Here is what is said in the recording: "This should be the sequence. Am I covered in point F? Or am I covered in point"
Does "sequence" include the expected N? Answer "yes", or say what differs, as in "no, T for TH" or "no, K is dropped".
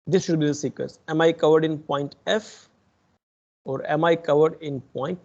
no, N is dropped